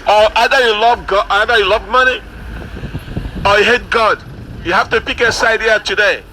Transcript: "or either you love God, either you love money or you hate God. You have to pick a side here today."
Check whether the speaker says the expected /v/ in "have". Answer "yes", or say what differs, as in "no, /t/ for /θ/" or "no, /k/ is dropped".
no, /f/ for /v/